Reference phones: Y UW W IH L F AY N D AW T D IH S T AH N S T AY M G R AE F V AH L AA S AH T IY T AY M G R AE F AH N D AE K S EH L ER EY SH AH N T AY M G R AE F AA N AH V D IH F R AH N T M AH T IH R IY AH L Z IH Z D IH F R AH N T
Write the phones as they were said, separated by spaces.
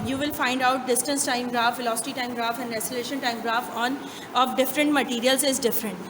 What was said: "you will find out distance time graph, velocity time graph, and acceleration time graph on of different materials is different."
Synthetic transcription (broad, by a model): Y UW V IH L F AY N D AW T D IH S T AH N S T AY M G R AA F F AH L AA S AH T IY T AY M G R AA F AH N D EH S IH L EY SH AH N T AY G R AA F AA N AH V D IH F R AH N T M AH T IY R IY AH L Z IH Z D IH F R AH N T